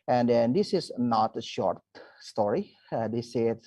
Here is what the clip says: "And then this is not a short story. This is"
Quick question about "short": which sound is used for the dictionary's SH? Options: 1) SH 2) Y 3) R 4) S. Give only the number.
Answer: 1